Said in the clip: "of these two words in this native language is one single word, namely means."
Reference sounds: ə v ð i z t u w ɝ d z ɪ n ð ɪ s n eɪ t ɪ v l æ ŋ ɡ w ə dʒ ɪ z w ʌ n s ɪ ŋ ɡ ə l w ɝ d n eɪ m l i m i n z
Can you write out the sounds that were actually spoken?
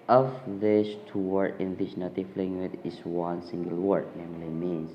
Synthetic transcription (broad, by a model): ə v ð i s t u w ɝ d ɪ n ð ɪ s n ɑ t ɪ f l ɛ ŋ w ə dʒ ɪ s w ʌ n s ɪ ŋ ɡ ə l w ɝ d n eɪ m l i m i n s